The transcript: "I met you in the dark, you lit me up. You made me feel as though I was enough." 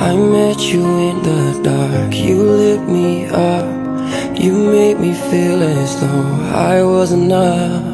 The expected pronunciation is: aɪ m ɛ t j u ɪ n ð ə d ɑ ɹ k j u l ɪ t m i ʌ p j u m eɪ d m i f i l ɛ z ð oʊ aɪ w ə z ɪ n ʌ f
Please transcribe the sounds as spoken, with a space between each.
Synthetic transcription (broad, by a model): aɪ m ɛ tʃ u ɪ n ð ə d ɑ ɹ k j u l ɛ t m i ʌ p j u m eɪ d m i f i l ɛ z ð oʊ aɪ w ə z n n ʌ